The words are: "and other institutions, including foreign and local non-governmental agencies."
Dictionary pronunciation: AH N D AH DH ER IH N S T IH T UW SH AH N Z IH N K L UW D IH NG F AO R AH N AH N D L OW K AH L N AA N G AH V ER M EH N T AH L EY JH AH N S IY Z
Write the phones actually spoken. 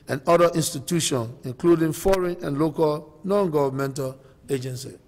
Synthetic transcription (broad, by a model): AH N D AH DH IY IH N S T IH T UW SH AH N IH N K L UW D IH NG F AO R AH N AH N L OW K AH L N AA N G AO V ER M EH N T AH L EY JH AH N S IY